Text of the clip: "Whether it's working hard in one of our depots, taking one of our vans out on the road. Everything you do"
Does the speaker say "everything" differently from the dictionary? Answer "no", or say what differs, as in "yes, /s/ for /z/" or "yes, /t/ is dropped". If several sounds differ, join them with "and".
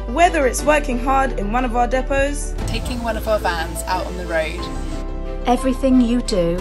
no